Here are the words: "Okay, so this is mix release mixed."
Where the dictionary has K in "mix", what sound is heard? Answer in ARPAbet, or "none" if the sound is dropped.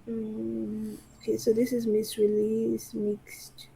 none